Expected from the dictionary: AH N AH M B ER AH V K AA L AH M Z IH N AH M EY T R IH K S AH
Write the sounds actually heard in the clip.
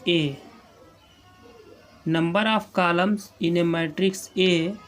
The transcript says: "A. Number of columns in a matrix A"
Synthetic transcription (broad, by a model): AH N AH M B ER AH P K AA L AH M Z IH N AH M EY T R IH K S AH